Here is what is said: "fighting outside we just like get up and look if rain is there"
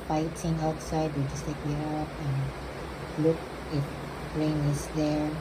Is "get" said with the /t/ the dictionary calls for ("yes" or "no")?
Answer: no